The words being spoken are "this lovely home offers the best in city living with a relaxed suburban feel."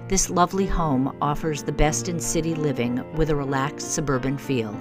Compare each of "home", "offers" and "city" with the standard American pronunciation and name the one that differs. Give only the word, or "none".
none